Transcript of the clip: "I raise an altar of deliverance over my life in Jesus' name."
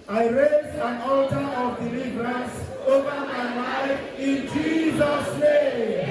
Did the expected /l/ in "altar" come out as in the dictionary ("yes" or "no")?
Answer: yes